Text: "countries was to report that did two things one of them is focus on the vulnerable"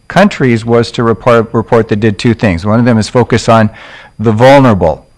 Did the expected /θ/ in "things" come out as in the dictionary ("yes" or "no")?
yes